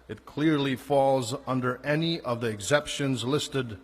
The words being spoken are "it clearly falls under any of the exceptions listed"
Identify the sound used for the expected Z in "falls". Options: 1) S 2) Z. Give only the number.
2